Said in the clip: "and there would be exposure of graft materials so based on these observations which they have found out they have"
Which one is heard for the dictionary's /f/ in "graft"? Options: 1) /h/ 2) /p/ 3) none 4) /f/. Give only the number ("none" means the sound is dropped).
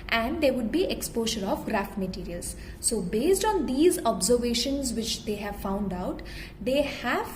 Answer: 4